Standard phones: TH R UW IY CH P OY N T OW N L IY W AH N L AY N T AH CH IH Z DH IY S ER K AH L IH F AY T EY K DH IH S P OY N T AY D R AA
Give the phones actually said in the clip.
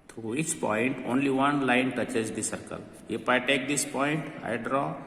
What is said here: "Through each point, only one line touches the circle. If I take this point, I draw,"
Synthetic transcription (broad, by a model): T R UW IY CH P OY N T OW N L IY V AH N L AY N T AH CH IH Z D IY S ER K AH L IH P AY T EY K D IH S P OY N T AY D R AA